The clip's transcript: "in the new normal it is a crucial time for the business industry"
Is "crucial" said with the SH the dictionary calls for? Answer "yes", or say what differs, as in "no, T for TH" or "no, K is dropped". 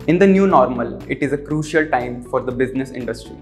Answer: yes